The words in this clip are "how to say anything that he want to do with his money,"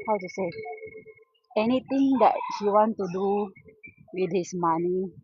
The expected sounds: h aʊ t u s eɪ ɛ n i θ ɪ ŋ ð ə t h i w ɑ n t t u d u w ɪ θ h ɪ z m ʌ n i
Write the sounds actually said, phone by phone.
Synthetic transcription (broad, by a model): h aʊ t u s eɪ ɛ n i t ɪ ŋ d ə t h i w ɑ n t t u d u w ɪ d h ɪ s m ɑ n i